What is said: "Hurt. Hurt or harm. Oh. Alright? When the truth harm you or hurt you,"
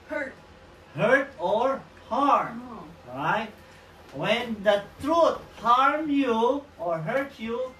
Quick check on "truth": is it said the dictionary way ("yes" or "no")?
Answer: no